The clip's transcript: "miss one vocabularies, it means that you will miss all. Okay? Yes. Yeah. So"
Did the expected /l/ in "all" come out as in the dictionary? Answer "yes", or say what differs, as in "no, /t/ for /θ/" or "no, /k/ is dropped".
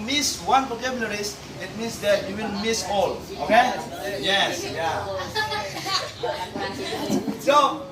yes